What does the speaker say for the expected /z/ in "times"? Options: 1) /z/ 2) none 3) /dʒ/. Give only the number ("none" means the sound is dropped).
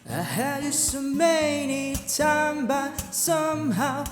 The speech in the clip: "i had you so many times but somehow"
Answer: 2